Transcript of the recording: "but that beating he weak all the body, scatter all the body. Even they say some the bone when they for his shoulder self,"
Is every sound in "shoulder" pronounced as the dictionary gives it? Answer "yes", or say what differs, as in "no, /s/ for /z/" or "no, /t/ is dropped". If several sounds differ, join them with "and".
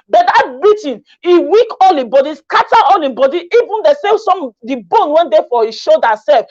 no, /l/ is dropped